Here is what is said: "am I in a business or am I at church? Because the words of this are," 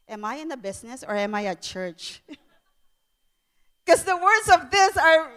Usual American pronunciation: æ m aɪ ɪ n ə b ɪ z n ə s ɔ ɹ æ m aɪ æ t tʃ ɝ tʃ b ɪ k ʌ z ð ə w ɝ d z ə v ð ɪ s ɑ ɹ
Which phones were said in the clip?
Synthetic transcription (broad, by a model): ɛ m aɪ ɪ n ə b ɪ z n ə s ɔ ɹ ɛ m aɪ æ t tʃ ɝ tʃ k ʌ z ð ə w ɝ d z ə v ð ɪ s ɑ ɹ